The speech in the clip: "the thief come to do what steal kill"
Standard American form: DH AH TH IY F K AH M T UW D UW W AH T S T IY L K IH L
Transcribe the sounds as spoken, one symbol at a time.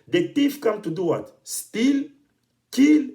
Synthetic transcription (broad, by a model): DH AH T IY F K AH M T UW D UW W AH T S T IY L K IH L